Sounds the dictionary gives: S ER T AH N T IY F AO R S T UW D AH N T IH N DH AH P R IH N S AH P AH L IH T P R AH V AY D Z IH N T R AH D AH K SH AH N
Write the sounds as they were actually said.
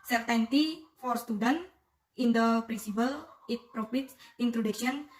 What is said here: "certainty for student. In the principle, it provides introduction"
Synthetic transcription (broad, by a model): S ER T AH N T IY F AO R S T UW D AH N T IH N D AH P R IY N S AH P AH L IH T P R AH P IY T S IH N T R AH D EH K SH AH N